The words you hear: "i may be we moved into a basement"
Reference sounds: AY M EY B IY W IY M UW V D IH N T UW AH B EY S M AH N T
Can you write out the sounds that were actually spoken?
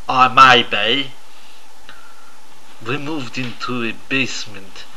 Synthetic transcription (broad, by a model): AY M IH B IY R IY M UW V D IH N T UW AH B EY S M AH N T